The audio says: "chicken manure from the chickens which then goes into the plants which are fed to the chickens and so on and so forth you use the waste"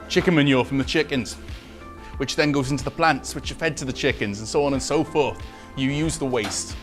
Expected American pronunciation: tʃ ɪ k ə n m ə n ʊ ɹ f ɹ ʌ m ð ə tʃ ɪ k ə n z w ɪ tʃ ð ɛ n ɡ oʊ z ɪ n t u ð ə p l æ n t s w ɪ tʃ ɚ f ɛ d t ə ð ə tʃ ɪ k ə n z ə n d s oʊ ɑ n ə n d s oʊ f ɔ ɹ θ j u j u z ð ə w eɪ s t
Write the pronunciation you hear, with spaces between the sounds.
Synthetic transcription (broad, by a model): tʃ ɪ k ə m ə n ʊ f ɹ ʌ m ð ə tʃ ɪ k ə n z w ɪ tʃ ð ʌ n ɡ oʊ z ɪ n t u ð ə p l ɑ n t s w ɪ tʃ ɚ f ɛ d t ə ð ə tʃ ɪ k ə n z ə n s oʊ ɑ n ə n s oʊ f ɔ ɹ θ j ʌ j u z ð ə w eɪ s t